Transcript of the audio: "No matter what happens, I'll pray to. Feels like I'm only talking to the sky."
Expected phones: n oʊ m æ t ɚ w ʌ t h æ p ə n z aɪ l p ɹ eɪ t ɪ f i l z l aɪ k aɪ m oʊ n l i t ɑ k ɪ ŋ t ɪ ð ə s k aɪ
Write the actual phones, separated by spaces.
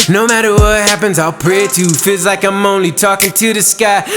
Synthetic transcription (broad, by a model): n oʊ m æ t ɚ w ʌ t h æ p ə n z aɪ l p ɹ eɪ t ɪ f i l z l aɪ k aɪ m oʊ n l i t ɑ k ɪ ŋ t ɪ ð ə s k aɪ